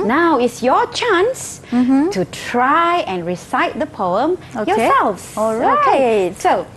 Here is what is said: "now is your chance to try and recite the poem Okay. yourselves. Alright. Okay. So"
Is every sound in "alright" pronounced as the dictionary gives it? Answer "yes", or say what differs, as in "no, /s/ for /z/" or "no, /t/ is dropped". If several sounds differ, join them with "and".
no, /l/ is dropped and /t/ is dropped